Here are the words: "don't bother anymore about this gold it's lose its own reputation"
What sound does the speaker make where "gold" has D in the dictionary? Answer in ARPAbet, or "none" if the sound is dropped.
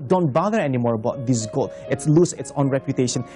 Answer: none